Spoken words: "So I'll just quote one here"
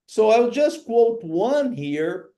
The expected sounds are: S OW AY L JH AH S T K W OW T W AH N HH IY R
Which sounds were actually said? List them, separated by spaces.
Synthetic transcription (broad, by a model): S OW AY L JH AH S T K W OW T W AH N HH IY R